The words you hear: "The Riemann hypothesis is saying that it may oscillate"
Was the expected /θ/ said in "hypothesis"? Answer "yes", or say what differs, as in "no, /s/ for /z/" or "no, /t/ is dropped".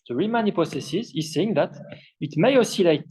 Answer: no, /s/ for /θ/